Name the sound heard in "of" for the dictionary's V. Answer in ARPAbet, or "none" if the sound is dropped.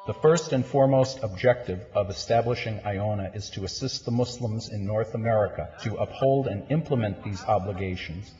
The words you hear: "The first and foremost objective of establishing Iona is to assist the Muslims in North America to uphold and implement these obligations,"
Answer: V